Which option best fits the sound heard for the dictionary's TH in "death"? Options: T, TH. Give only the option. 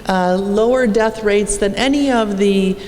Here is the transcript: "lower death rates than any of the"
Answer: TH